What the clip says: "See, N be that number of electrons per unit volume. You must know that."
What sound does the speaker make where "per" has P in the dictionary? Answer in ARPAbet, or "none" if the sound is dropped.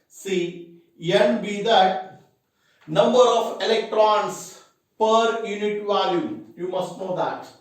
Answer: P